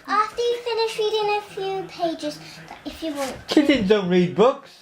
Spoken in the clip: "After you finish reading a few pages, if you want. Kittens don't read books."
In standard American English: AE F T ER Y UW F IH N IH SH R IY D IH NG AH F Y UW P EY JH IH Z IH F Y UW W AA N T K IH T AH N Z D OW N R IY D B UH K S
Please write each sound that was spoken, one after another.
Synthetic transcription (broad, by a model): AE F T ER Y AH F IH N IH SH R IY D IH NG AH F Y UW P EY JH IH Z IH F Y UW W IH L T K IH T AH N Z D OW N R IY D B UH K S